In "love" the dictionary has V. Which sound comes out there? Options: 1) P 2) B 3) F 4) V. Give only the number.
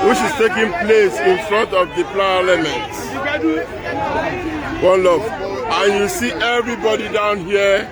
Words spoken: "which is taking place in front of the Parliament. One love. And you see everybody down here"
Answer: 3